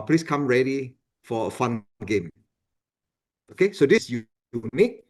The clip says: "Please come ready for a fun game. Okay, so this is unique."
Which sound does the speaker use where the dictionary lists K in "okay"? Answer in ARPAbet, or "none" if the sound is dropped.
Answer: K